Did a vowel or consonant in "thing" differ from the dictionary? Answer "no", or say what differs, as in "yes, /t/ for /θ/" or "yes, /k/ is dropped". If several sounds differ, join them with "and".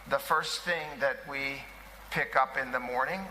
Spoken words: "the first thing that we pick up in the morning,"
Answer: no